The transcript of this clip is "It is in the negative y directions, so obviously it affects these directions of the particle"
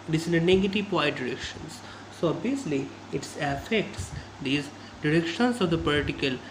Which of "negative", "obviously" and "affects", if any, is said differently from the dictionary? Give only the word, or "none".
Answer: obviously